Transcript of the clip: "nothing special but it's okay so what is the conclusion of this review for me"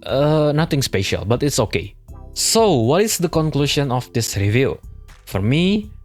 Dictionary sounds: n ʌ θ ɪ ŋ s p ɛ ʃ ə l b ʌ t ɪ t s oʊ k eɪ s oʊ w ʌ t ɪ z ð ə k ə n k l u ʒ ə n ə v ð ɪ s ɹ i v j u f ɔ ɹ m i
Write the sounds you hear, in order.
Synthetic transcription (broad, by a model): n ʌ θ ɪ ŋ s p ɛ ʃ ə l b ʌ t ɪ t s oʊ k eɪ s oʊ w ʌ t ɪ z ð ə k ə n k l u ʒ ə n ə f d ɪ s ɹ i v j u f ɔ ɹ m i